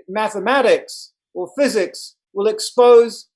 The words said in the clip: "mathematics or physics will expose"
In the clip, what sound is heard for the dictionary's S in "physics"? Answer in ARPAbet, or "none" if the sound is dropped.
S